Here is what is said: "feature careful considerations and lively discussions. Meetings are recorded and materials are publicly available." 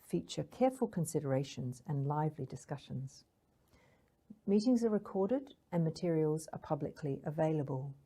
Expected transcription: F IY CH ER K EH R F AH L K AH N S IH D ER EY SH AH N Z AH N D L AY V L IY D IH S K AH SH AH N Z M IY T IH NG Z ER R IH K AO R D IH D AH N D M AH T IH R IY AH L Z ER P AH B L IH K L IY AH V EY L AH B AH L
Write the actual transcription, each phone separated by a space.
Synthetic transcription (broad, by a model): F IY CH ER K EH R F AH L K AH N S IH D ER EY SH AH N Z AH N L AY V L IY D IH S K AH SH AH N Z M IY T IH NG Z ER R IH K AO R D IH D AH N M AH T IH R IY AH L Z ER P AH B L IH K L IY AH V EY L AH B AH L